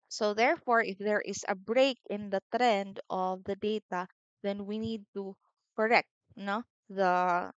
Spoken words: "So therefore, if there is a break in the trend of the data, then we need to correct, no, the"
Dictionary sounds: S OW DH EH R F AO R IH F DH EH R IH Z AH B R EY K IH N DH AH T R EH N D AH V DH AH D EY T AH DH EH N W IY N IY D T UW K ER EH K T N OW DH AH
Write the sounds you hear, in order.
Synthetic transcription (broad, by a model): S OW DH EH R F AO R IH F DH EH R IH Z AH B R EY K IH N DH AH T R EH N D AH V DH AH D EY T AH DH EH N W IY N IY D T UW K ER EH K T N OW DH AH